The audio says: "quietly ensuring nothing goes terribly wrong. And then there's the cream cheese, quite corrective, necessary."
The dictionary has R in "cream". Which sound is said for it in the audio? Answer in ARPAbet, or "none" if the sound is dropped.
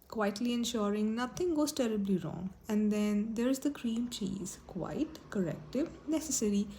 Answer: R